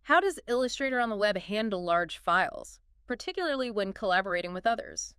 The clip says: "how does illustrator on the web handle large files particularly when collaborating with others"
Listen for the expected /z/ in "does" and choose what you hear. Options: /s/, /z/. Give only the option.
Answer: /z/